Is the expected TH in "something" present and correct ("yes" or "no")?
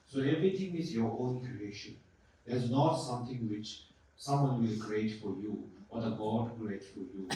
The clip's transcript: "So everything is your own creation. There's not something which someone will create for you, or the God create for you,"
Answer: no